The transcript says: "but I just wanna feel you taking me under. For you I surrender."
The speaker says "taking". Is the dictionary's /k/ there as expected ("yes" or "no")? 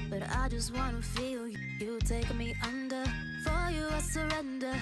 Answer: no